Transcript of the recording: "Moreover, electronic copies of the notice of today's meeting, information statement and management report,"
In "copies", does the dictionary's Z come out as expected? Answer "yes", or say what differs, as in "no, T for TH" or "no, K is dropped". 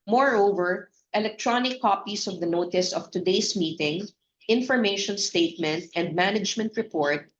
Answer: no, S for Z